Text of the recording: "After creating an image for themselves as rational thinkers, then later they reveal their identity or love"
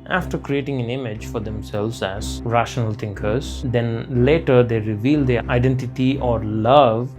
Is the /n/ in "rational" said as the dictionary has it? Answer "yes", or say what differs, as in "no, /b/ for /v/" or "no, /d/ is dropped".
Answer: yes